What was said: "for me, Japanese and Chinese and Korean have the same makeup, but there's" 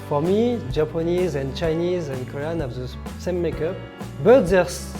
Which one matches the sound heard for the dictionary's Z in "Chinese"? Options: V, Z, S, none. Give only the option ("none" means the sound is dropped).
Z